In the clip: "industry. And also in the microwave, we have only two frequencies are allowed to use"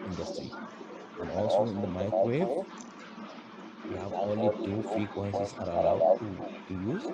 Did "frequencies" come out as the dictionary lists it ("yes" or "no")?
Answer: no